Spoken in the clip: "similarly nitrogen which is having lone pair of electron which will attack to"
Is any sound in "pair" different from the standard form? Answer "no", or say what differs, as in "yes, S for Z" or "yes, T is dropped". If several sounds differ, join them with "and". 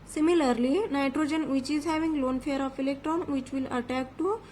yes, F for P